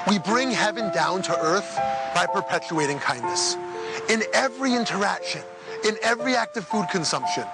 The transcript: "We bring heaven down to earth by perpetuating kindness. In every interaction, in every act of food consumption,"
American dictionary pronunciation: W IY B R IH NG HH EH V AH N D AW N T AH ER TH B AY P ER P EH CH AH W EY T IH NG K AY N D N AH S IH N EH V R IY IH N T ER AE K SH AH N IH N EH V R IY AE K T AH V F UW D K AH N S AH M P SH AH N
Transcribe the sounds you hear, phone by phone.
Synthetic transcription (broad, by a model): W IY B R IH NG HH EH V AH N D AW N T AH ER TH B AY P ER P EH CH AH EY T IH NG K AY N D N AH S IH N EH V R IY IH N T ER AE K SH AH N IH N EH V R IY AE K T AH V F UW D K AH N S AH M P SH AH N